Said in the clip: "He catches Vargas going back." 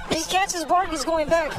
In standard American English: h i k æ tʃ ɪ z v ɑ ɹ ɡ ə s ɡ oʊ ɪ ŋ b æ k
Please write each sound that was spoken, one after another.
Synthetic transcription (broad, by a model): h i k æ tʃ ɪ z b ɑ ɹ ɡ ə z ɡ oʊ ɪ ŋ b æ k